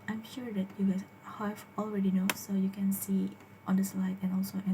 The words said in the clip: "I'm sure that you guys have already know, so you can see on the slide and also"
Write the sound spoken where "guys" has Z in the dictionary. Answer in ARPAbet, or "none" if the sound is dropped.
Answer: none